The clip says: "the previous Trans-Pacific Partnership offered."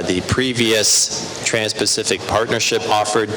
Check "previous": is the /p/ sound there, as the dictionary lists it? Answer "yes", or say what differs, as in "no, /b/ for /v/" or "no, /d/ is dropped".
yes